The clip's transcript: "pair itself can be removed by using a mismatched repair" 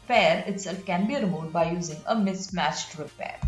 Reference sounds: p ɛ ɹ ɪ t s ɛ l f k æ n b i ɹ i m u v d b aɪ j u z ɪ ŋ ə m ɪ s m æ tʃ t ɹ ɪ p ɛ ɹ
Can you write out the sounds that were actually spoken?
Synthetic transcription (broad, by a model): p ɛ ɹ ɪ t s ɛ l f k æ n b i ɹ m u d b aɪ j u z ɪ ŋ ə m ɪ s m æ tʃ t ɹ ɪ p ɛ ɹ